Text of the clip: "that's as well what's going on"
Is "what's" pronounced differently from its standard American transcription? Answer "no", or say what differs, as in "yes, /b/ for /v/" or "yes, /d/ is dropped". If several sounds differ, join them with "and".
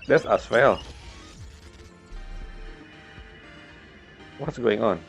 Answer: no